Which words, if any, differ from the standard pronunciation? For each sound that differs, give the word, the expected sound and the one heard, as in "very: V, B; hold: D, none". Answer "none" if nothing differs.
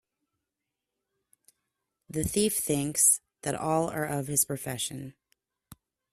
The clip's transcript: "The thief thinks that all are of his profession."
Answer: none